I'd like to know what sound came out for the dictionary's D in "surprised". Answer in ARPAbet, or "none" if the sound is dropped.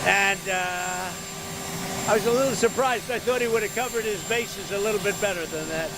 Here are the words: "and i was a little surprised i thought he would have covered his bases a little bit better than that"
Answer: D